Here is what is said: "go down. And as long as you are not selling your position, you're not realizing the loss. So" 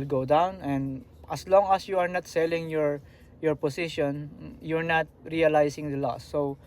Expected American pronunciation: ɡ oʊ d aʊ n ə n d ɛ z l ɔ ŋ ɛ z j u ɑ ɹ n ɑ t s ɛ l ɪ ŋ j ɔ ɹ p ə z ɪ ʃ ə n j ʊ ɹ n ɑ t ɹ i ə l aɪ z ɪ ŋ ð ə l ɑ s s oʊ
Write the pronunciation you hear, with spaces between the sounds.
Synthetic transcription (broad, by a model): ɡ oʊ d aʊ n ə n d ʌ s l ɔ ŋ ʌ s j u ɑ ɹ n ɑ t s ɛ l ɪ ŋ j ɔ ɹ p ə s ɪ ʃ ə n j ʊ ɹ n ɑ t ɹ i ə l aɪ s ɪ ŋ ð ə l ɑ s s oʊ